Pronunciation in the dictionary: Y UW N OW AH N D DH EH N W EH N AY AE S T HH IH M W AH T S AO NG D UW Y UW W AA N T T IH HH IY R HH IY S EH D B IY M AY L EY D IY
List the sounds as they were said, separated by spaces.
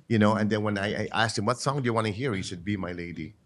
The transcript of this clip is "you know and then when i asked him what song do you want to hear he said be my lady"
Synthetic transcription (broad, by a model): Y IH N OW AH N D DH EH N W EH N AY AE S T HH IH M W AH T S AO NG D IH Y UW W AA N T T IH HH IY R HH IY SH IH D B IY M AY L EY D IY